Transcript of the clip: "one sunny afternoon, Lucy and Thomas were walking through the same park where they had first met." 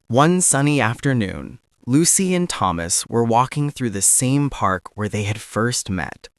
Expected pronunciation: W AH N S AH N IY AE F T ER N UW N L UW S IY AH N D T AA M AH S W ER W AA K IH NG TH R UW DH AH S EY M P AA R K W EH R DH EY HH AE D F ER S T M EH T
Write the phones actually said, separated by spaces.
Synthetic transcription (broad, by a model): W AH N S AH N IY AE F T ER N UW N L UW S IY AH N T AA M AH S W ER W AA K IH NG TH R UW DH AH S EY M P AA R K W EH R DH EY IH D F ER S T M EH T